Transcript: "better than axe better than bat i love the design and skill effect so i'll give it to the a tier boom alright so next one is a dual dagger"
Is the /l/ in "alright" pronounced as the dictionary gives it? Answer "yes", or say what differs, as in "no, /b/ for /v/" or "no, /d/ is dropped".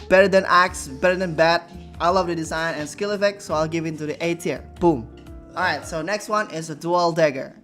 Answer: no, /l/ is dropped